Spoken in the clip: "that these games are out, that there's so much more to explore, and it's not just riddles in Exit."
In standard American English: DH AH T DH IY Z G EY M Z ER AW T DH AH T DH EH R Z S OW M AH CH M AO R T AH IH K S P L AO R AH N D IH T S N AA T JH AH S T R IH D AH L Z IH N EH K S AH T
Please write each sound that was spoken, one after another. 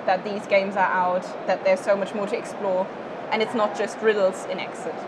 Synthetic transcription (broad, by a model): DH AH T DH IY Z G EY M Z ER AW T DH AH T DH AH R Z S OW M AH CH M AO R T AH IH K S P L AO R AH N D IH T S N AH T JH AH S T R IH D L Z IH N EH K S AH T